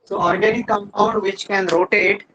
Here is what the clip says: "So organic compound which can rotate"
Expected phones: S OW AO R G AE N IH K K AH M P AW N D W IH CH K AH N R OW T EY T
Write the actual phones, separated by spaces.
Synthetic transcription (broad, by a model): S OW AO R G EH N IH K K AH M AW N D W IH CH K AH N R OW T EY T